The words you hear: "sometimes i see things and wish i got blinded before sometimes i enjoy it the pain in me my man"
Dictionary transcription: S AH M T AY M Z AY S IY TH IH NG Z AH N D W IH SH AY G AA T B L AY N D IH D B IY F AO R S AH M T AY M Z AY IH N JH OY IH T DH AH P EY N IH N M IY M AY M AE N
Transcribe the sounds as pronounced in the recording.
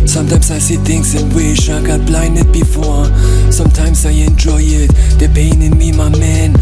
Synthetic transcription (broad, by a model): S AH M T AY M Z AY S IY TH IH NG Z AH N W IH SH AY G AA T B L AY N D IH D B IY F AO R S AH M T AY M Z AY IH N JH OY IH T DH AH P EY N IH N M IY M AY M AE N